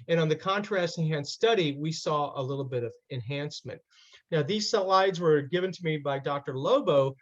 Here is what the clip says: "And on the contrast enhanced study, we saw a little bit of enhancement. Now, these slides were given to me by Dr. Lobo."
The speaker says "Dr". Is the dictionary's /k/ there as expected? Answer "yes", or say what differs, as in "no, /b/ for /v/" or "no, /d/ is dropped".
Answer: yes